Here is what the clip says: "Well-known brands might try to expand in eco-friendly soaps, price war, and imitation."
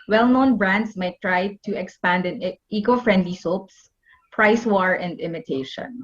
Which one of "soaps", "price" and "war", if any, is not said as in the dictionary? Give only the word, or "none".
none